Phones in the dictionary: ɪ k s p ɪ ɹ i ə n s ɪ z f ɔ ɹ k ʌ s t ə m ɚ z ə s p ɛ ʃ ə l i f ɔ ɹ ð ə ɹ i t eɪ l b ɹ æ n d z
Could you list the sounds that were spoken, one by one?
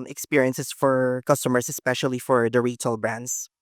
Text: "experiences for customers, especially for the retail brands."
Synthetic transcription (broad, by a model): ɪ k s p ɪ ɹ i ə n s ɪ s f ɔ ɹ k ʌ s t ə m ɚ s ə s p ɛ ʃ ə l i f ɔ ɹ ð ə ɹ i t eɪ l b ɹ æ n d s